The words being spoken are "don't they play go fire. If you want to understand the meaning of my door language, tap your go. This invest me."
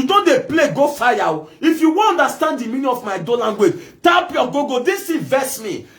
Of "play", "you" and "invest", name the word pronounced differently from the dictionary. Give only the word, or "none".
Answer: invest